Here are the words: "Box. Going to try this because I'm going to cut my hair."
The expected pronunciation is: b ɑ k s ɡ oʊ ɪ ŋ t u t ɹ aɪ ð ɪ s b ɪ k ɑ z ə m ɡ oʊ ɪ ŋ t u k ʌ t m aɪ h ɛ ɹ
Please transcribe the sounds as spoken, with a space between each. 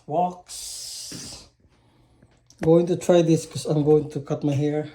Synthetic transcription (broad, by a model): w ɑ k s ɡ oʊ ɪ ŋ t u t ɹ aɪ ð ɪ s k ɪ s ɑ ə m ɡ oʊ ɪ ŋ t u k ʌ t m aɪ h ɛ ɹ